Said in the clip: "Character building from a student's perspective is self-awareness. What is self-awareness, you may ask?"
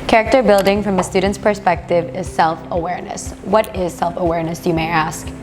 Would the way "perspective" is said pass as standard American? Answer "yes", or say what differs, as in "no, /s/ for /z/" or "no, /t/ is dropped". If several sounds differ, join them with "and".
yes